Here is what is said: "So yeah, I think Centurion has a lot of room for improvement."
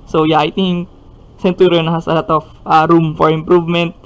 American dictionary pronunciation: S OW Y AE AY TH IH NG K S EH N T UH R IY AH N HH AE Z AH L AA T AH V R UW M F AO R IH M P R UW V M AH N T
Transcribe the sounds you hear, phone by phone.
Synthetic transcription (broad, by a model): S OW Y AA AY T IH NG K S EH N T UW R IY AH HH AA S AH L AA T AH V R UW M F AO R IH M P R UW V M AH N T